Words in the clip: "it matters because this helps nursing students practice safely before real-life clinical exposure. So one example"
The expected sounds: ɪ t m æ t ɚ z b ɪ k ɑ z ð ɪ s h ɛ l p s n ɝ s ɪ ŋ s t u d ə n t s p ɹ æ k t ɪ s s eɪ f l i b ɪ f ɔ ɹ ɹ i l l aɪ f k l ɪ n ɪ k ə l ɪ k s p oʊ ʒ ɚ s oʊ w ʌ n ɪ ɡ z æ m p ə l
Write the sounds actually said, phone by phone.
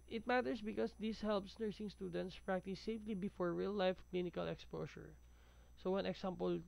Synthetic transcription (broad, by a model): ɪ t m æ t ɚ s b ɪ k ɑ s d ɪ s h ɛ l p s n ɝ s ɪ ŋ s t u d ə n t s p ɹ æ k t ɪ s s eɪ f l i b ɪ f ɔ ɹ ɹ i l l aɪ f k l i n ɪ k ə l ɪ k s p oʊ s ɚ s oʊ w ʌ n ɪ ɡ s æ m p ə l